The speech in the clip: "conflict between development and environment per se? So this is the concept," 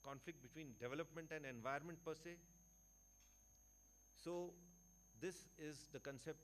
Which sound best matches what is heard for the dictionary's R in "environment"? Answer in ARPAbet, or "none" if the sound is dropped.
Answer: none